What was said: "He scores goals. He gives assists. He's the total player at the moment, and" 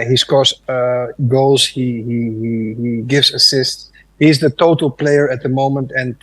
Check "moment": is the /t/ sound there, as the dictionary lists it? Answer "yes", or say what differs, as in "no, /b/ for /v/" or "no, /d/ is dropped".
yes